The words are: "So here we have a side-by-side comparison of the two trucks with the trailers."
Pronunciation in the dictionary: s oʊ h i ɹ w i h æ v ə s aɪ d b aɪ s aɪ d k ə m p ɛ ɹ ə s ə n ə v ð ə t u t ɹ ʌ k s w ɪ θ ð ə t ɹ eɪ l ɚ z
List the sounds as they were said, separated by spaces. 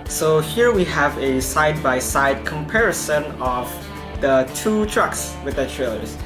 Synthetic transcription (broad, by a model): s oʊ h i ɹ w i h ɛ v ə s aɪ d b aɪ s aɪ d k ə m p ɛ ɹ ə s ə n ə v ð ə t u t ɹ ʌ k s w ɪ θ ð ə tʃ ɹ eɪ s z